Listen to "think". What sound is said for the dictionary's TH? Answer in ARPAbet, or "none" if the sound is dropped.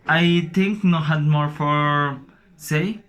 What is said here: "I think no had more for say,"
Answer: T